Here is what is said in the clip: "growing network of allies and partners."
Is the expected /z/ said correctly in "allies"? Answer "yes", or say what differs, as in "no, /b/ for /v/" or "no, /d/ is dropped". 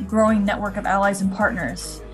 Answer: yes